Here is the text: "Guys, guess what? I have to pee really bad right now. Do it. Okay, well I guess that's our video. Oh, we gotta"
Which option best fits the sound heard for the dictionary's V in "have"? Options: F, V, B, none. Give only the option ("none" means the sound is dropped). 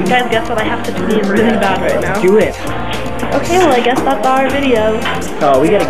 F